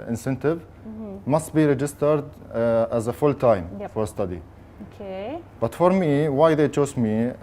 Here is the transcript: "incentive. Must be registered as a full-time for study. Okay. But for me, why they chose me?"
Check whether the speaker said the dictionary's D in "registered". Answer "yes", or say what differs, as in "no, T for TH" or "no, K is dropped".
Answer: yes